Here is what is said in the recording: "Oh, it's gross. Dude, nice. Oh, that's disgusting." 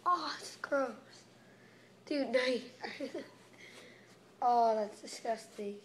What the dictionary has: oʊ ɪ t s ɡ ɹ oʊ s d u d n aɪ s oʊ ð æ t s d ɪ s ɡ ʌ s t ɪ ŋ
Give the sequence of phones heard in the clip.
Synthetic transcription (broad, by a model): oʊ ɪ t s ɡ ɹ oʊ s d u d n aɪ oʊ ð æ t s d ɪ s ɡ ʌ s t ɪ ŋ